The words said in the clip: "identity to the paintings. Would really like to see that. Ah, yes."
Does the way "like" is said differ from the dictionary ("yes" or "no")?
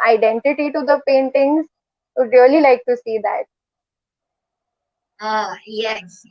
no